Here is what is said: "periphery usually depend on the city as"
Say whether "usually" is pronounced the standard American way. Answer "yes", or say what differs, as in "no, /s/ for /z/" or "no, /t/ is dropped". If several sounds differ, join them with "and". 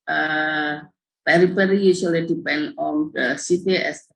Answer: no, /s/ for /ʒ/